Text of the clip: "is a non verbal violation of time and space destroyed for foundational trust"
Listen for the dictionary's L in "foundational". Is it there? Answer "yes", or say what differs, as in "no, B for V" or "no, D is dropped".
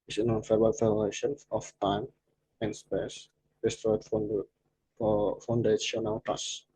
no, W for L